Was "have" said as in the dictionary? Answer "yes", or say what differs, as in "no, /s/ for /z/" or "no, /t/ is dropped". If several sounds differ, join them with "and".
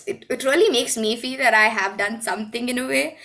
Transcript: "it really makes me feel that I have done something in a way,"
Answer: yes